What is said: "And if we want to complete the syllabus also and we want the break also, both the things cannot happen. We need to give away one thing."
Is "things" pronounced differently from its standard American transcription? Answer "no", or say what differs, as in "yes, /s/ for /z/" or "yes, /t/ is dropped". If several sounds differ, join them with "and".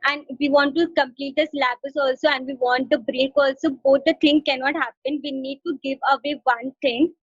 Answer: yes, /t/ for /θ/ and /z/ is dropped